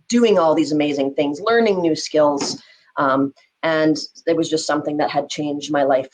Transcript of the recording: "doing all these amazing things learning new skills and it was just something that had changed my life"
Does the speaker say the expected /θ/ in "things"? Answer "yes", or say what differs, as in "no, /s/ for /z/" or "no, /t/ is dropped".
yes